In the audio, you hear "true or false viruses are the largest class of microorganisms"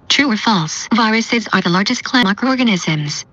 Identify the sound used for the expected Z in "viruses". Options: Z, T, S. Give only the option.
Z